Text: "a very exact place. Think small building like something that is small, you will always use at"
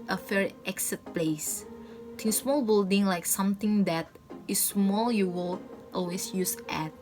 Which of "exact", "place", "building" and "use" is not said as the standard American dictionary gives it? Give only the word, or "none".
exact